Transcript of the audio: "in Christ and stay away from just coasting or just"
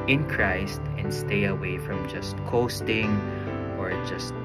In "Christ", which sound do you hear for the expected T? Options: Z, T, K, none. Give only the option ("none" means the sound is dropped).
T